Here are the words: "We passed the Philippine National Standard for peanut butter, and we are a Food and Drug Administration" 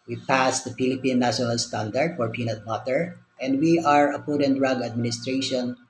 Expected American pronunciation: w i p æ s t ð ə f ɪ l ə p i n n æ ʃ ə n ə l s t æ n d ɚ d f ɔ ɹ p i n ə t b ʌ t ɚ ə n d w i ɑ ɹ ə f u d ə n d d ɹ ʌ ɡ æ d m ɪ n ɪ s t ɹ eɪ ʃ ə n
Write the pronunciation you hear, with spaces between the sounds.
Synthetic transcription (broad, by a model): w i p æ s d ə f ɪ l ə p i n n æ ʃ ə n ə l s t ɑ n d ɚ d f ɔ ɹ p i n ə t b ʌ t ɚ ə n d w i ɑ ɹ ə p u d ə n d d ɹ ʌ ɡ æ d m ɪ n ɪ s t ɹ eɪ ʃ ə n